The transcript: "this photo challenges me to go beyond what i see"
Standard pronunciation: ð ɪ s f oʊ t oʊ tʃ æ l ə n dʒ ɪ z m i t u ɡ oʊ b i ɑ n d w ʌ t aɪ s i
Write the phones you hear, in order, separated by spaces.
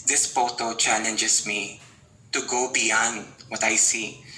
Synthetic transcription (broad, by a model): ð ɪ s p oʊ t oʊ tʃ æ l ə n dʒ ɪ s m i t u ɡ oʊ b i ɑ n d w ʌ t aɪ s i